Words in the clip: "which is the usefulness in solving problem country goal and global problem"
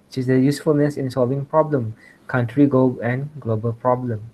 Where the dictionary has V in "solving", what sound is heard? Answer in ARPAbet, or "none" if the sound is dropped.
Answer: V